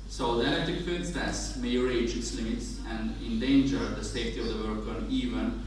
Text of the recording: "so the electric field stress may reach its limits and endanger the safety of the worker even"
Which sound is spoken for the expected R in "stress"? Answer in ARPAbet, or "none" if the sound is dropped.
none